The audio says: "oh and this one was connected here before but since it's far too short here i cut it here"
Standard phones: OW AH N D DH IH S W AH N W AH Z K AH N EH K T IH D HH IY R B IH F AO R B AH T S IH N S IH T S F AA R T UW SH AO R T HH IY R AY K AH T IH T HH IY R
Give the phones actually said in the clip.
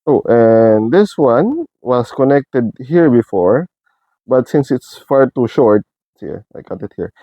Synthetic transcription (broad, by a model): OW AH N D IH S W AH N W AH S K AH N EH K T IH D HH IY R B IH F AO R B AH T S IH N S IH T S F AA R T UW SH AO R T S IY L AY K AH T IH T HH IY R